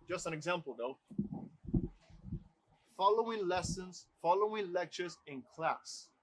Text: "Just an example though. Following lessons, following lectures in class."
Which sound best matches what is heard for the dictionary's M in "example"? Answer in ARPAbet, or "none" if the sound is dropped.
M